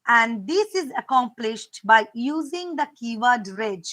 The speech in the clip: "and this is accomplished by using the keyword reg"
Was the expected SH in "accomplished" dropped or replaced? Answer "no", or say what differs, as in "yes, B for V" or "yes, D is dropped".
no